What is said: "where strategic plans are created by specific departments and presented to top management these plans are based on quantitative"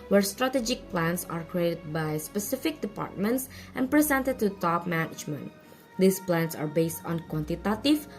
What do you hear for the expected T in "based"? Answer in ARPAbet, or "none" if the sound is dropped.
T